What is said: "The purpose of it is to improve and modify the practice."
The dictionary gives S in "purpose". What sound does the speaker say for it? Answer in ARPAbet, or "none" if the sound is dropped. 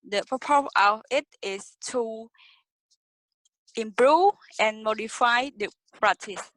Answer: none